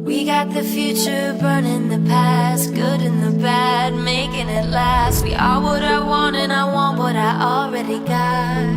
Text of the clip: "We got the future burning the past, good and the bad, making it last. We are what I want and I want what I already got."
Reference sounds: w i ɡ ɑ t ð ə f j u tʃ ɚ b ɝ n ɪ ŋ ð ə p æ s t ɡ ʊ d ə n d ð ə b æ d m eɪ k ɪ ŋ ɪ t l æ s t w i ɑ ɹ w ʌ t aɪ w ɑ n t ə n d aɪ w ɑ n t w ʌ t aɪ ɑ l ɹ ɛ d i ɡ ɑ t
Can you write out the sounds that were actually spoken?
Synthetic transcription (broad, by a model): w i ɡ ɑ t ð ə f j u tʃ ɚ b ɝ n ɪ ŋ ð ə p æ s t ɡ ʊ d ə n ð ə b æ d m eɪ k ɪ ŋ ɪ t l æ s t w i ɑ l w ʌ t aɪ w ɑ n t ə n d aɪ w ɑ n t w ʌ t aɪ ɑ l ɹ ɛ d i ɡ ɑ t